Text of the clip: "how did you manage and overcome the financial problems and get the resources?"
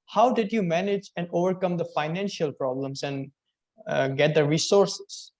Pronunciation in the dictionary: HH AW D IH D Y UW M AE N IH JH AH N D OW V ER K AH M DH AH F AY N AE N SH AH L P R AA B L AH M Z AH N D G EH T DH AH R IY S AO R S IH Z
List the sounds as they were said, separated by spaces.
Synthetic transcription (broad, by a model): HH AW D IH D Y UW M AE N IH JH AH N D OW V ER K AH M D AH F AY N AE N SH AH L P R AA B L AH M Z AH N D G EH T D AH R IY S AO R S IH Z